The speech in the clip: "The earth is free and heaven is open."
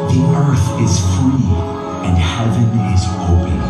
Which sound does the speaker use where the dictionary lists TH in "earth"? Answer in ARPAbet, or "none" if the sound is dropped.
TH